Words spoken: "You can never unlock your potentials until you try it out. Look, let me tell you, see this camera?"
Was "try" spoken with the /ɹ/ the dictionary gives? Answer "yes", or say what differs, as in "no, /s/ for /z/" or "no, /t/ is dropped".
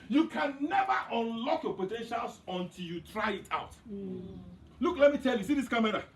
yes